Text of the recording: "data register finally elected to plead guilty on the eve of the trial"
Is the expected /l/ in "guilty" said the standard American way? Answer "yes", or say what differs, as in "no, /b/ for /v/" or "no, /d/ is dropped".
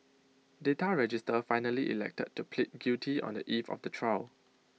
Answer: no, /l/ is dropped